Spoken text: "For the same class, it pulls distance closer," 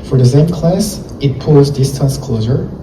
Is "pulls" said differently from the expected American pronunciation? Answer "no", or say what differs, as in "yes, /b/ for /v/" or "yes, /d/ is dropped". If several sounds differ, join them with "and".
yes, /l/ is dropped